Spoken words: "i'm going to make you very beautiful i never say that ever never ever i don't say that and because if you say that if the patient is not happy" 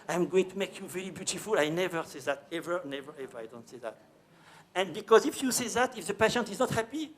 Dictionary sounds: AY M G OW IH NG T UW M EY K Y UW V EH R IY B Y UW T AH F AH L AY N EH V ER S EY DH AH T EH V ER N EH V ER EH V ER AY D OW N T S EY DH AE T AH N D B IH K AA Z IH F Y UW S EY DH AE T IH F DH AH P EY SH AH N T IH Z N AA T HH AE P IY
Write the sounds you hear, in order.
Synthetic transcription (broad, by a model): AY M G OW IH NG T UW M EY K Y UW V EH R IY B Y UW T AH F AH L AY N EH V ER S EY DH AH T EH V ER N EH V ER EH V ER AY D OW N T S EY DH AE T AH N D B IH K AA Z IH F Y UW S EY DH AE T IH F DH AH P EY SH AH N T IH Z N AA T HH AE P IY